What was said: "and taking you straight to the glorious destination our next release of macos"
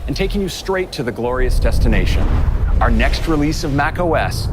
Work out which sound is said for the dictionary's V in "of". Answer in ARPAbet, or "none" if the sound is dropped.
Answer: V